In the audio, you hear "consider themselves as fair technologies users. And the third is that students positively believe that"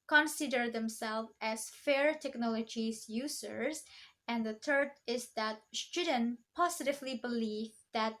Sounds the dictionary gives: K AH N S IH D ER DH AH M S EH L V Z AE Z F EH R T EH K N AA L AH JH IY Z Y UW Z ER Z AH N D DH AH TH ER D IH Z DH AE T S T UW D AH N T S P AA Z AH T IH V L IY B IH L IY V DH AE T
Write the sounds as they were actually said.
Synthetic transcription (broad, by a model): K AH N S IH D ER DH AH M S EH L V AE Z F EH R T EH K N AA L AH JH IY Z Y UW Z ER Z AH N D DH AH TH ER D IH Z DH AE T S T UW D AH N P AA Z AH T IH V L IY B IH L IY V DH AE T